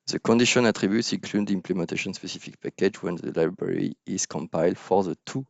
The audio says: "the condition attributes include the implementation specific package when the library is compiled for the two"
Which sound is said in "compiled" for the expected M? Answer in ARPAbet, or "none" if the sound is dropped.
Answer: M